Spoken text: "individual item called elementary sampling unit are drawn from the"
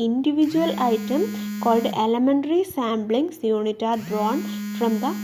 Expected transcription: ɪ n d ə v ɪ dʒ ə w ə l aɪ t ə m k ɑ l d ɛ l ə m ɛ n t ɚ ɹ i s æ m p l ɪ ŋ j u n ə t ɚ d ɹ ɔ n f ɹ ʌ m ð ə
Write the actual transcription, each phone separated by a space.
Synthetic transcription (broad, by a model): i n d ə v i dʒ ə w ə l aɪ t ə m k ɑ l d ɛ l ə m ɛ n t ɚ ɹ i s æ m b l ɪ ŋ j u n ə t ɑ d ɹ ɔ n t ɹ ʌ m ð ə